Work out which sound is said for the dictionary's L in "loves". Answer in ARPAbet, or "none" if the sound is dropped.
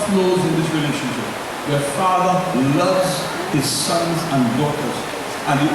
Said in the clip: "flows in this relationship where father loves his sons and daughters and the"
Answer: L